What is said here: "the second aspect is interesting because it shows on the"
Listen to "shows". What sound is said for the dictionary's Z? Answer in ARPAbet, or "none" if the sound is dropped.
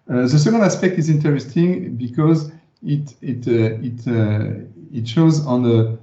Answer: Z